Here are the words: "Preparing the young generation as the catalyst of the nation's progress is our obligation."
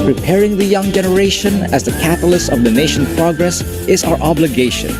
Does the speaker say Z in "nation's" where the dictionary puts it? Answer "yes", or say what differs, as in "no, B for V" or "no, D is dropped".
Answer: no, Z is dropped